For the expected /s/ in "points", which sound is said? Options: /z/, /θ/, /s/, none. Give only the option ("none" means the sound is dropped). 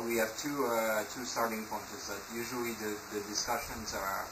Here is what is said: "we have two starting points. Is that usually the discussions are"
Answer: none